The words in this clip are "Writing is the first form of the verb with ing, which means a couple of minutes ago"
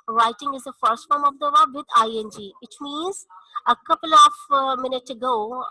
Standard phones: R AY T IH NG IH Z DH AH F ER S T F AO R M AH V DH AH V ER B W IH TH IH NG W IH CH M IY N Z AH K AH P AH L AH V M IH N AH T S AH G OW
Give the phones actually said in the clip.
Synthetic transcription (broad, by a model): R AY T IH NG IH Z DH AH F ER S T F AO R M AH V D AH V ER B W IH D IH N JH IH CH M IY N Z AH K AH P AH L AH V M IH N AH T S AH G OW